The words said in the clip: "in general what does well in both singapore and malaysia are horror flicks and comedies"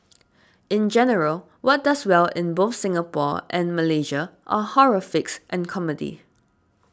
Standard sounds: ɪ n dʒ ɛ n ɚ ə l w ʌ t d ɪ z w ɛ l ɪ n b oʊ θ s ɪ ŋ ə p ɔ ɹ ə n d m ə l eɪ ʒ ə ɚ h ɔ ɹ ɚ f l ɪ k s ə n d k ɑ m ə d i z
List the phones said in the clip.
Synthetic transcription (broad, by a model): ɪ n dʒ ɛ n ɚ ə l w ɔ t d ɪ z w ɛ l ɪ n b oʊ θ s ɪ ŋ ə p ɔ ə n m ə l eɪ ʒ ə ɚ h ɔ ɹ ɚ f ɪ k s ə n k ɑ m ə d i